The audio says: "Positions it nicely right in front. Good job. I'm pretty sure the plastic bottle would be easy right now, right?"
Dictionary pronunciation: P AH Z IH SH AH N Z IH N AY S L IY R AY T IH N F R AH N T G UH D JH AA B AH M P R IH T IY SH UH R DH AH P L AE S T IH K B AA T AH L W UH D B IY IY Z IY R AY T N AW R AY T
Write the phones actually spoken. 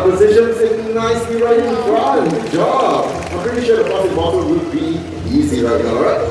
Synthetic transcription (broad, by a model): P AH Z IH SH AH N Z IH N AY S IY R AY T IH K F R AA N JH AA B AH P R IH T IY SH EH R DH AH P AO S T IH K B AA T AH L W UH D B IY IY Z IY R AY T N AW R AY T